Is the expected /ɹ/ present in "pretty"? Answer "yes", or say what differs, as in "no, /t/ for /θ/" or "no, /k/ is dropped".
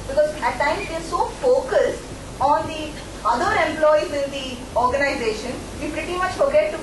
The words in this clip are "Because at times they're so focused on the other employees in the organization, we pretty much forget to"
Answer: yes